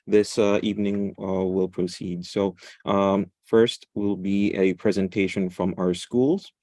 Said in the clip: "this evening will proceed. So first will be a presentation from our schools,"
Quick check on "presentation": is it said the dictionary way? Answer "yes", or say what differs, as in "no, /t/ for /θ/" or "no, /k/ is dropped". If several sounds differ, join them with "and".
yes